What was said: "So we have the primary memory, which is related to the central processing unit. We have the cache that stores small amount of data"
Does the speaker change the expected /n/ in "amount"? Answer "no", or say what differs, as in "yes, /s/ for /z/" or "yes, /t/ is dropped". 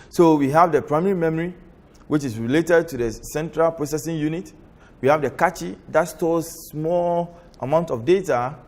no